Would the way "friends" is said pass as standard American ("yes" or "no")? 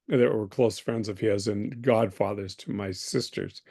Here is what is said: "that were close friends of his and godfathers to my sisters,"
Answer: yes